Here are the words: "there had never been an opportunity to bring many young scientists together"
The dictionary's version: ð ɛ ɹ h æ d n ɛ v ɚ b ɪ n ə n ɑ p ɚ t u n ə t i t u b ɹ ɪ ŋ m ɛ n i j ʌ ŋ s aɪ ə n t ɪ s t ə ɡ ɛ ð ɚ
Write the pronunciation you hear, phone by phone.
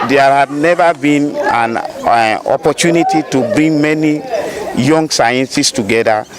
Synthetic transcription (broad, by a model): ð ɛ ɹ h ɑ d n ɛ v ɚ b ɪ n ə n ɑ p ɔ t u n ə t i t u b ɹ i ŋ m ɛ n i j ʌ ŋ s aɪ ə n s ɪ s t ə ɡ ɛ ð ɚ